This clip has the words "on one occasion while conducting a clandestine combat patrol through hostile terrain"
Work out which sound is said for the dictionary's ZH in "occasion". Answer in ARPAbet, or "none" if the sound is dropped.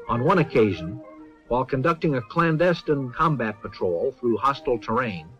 ZH